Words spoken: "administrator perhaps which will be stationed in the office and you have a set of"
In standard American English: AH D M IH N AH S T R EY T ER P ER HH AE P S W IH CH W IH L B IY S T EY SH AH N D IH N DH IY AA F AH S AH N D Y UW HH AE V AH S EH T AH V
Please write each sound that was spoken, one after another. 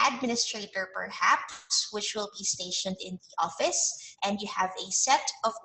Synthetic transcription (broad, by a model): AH D M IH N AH S T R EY T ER P ER HH AE P S W IH CH W IH L B IY S T EY SH AH N D IH N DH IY AA F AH S AH N D Y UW HH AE V AH S EH T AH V